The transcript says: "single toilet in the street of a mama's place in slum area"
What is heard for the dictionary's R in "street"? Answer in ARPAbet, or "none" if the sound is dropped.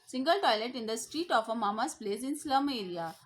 R